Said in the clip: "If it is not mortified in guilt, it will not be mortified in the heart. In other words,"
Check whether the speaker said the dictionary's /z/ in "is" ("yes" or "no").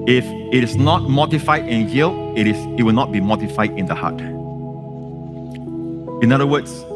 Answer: no